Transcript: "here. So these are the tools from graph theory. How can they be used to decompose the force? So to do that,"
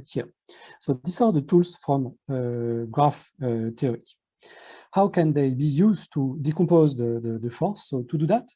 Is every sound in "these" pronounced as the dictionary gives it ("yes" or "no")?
no